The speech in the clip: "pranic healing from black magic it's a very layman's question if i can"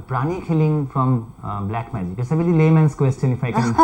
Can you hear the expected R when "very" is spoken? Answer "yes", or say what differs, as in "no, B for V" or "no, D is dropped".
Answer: no, L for R